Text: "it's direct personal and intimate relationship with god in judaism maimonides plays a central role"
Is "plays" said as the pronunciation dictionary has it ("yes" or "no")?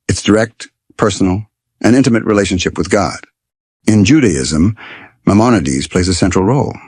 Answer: yes